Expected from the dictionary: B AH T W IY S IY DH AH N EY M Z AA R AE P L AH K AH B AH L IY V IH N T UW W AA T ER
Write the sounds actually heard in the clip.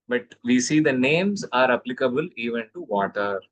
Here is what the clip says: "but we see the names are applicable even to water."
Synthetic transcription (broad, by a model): B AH T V IY S IY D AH N EY M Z AA R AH P L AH K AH B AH L IY V IH N T UW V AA T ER